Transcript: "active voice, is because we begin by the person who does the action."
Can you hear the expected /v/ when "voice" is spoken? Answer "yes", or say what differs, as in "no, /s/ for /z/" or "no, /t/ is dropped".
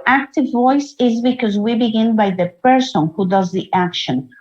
yes